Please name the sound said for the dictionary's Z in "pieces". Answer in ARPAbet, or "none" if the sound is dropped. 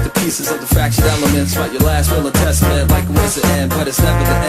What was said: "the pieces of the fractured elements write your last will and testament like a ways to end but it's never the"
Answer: Z